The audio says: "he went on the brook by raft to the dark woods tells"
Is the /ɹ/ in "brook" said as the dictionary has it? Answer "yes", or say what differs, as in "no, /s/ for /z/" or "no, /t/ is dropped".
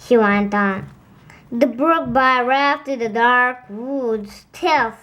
yes